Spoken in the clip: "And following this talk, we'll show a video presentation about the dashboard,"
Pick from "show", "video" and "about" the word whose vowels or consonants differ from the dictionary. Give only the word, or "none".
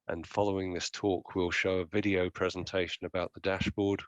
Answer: none